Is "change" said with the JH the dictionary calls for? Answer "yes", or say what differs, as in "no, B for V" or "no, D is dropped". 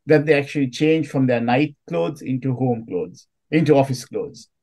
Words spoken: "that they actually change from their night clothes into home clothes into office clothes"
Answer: yes